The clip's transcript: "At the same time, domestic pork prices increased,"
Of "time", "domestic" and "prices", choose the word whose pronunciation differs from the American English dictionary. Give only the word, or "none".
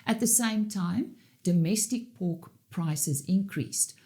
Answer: none